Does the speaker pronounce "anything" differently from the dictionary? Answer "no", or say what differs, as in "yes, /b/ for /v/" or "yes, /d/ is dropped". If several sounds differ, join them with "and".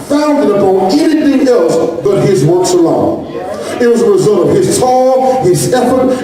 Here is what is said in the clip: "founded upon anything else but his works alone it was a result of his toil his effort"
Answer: no